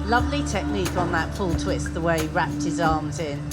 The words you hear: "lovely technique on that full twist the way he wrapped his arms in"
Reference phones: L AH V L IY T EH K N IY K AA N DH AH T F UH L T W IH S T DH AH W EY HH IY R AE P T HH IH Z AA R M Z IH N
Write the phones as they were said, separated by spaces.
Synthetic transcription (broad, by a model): L AH V L IY T EH K N IY K N DH AH T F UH L T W IH S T DH AH W EY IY R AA P T HH IH Z AA M Z IH N